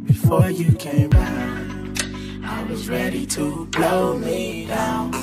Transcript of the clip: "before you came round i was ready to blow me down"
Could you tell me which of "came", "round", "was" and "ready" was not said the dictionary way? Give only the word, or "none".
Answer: round